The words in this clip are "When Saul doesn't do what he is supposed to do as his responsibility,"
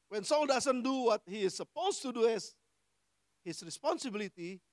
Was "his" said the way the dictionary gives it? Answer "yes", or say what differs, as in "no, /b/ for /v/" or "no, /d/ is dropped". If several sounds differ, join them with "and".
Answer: no, /s/ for /z/